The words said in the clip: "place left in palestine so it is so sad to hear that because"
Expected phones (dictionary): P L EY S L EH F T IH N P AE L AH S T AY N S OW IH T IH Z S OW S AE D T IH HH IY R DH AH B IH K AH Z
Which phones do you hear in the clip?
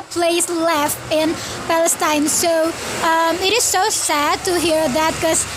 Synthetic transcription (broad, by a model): P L EY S L EH F T IH N P AE L AH S T AY N S OW IH T IH Z S OW S AE D T IH HH IY R DH AH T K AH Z